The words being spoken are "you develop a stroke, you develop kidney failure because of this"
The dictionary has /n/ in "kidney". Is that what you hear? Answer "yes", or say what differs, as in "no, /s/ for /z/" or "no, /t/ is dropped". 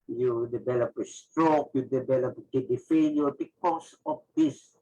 no, /n/ is dropped